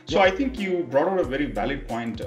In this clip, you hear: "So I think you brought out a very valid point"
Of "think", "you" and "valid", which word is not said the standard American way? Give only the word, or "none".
think